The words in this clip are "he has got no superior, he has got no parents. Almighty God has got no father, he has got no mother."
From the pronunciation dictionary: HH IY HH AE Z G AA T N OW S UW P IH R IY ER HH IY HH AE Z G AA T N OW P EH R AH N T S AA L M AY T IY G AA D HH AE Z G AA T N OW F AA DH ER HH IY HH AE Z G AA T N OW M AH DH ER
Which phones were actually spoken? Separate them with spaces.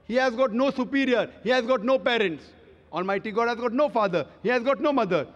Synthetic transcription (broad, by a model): HH IY HH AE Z G AA T N OW S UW P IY R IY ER HH IY HH AE Z G AA T N OW P EH R AH N T S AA N M AY T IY G AA D HH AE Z G AA T N OW F AA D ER HH IY HH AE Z G AA T N OW M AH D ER